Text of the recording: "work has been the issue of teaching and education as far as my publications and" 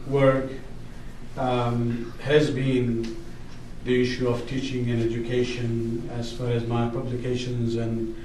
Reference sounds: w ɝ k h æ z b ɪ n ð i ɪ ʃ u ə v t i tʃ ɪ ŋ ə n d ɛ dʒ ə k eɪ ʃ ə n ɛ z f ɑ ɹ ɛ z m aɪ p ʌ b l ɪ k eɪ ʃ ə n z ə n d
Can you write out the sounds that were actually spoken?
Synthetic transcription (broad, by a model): w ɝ k h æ z b ɪ n ð i ɪ ʃ u ə v t i tʃ ɪ ŋ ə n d ɛ dʒ ə k eɪ ʃ ə n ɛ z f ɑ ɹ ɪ z m aɪ p ʌ b l ɪ k eɪ ʃ ə n z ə n